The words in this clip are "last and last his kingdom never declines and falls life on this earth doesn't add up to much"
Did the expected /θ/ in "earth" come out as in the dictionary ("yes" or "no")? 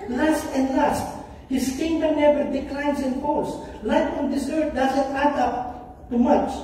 no